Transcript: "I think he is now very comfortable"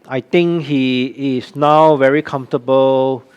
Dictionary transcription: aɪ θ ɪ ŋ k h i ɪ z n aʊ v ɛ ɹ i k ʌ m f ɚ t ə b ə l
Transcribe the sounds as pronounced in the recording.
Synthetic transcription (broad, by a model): aɪ t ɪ ŋ k h i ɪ s n aʊ v ɛ ɹ i k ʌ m f t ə b ə l